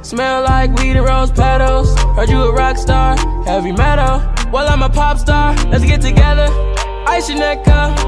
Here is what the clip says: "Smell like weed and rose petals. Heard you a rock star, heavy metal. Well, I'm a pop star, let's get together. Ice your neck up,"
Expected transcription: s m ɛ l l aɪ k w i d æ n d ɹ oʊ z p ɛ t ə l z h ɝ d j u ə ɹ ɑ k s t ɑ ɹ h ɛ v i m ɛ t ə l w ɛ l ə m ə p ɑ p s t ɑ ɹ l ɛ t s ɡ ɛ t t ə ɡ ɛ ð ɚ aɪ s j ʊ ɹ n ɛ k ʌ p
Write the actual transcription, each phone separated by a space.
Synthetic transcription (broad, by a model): s m ɛ l l aɪ k w i d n ɹ oʊ z p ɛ t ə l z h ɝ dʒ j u ə ɹ ɑ k s t ɑ ɹ h ɛ v i m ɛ t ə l w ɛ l ə m ə p ɑ p s t ɑ ɹ l ɛ t s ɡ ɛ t t ə ɡ ɛ ð ɚ aɪ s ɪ n ɛ k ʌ